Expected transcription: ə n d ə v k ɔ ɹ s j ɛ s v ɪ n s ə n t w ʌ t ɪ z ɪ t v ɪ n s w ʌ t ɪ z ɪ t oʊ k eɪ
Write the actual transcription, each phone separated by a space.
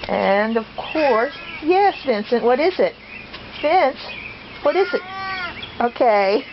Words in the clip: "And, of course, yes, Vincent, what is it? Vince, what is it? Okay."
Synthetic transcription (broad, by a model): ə n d ə v k ɔ ɹ s j ɛ s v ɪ n s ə n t w ʌ t ɪ z ɪ t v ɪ n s w ʌ t ɪ z ɪ t oʊ k eɪ